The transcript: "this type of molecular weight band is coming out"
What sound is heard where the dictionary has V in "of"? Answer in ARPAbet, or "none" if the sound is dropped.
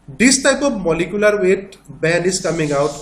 B